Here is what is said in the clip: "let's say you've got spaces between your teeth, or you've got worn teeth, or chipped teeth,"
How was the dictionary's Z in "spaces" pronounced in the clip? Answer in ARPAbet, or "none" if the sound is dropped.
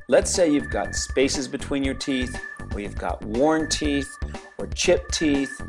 Z